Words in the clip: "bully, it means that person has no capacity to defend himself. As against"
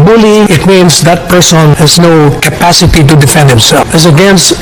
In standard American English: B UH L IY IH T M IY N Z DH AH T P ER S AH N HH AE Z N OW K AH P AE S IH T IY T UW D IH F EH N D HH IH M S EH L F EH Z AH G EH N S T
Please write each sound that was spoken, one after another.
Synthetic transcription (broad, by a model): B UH L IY IH T M IY N S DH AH T P ER S AH N HH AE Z N OW K AH P AE S IH T IY T UW D IH F EH N D HH IH M S EH L F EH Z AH G EH N S T